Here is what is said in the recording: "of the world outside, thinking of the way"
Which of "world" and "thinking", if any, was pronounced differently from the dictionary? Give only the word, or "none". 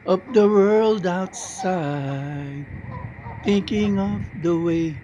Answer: none